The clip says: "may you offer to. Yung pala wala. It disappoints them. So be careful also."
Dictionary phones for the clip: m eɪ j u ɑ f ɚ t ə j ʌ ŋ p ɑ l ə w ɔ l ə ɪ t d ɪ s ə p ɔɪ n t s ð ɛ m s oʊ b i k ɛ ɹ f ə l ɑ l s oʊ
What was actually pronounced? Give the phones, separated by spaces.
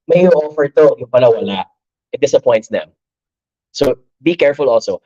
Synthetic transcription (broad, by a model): m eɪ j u ɑ f ɚ t ə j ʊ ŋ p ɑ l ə w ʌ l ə ɪ t d ɪ s ə p ɔɪ n t s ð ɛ m s oʊ b i k ɛ ɹ f ə l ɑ l s oʊ